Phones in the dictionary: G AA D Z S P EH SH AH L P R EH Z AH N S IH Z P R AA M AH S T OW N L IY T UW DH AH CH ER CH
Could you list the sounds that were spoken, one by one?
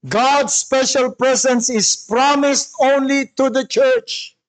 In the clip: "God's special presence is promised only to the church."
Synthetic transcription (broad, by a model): G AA D S P EH SH AH L P R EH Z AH N S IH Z P R AA M AH S T OW N L IY T UW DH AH CH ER CH